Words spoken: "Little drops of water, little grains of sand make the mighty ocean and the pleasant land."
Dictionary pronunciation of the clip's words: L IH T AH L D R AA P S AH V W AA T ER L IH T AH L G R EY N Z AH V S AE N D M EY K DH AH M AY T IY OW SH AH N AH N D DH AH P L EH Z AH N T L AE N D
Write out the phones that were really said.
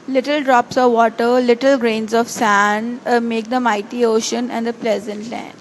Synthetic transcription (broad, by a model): L IH T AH L D R AA P S AH V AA T ER L IH T AH L G R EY N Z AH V S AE N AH M EY K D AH M AY T IY OW SH AH N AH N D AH P L EH Z AH N T L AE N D